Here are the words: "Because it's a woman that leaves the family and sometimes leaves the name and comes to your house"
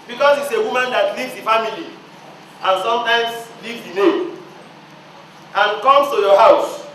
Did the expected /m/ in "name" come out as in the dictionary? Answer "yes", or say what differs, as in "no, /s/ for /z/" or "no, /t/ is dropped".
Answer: no, /m/ is dropped